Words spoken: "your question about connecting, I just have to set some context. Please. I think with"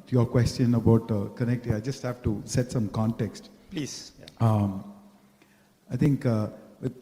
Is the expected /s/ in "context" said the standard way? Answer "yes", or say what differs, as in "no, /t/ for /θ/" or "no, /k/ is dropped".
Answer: yes